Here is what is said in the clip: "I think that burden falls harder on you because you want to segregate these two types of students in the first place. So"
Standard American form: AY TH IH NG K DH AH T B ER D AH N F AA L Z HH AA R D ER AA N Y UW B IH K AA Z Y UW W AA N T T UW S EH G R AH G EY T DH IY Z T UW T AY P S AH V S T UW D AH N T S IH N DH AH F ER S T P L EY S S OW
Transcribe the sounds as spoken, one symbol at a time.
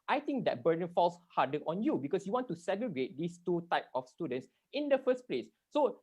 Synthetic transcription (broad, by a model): AY T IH NG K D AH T B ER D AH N F AA L S HH AA D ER AA N Y UW B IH K AA S Y UW W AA N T T UW S EH G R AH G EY T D IY S T UW T AY P AH F S T UW D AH N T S IH N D AH F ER S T P L EY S S OW